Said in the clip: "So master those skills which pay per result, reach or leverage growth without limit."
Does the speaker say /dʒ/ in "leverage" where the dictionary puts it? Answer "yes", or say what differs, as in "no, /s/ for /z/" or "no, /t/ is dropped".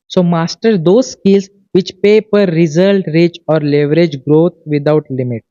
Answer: yes